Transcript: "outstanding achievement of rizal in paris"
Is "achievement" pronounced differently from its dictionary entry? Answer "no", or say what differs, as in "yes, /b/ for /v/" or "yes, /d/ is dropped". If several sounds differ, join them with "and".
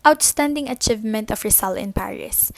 no